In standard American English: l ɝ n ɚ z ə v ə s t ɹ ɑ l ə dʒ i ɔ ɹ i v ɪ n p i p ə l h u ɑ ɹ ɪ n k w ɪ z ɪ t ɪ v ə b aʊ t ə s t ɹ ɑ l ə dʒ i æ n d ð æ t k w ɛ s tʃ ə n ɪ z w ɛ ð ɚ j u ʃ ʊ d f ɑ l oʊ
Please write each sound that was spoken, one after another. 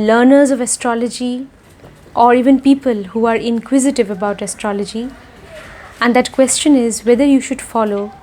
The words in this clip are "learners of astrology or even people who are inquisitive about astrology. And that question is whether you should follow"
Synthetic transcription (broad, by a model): l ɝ n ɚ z ə v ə s t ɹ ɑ l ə dʒ i ɔ ɹ i v ɪ n p i p ə l h u ɑ ɹ ɪ n k w ɪ z ɪ t ɪ v ə b aʊ t ə s t ɹ ɑ l ə dʒ i æ n d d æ t k w ɛ s tʃ ə n ɪ z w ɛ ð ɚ j u ʃ ʊ d f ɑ l oʊ